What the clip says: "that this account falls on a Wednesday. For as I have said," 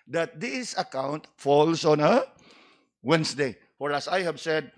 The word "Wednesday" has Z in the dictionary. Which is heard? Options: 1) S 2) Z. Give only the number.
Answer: 1